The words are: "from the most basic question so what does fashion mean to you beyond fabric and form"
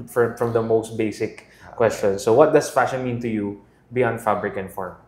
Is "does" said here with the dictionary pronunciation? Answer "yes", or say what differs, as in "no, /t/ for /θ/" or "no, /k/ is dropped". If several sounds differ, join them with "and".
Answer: no, /s/ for /z/